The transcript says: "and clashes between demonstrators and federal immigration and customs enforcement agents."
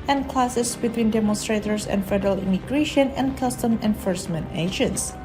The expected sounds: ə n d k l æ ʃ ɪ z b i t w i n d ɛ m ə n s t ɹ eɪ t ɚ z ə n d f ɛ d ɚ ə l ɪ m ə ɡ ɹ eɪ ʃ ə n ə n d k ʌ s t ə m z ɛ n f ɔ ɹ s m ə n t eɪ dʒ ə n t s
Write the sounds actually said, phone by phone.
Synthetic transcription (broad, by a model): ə n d k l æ s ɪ s b i t w i n d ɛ m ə n s t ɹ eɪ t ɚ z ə n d f ɛ d ɚ ə l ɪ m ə ɡ ɹ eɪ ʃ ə n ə n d k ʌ s t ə m ɛ n f ɔ ɹ s m ə n t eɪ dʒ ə n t s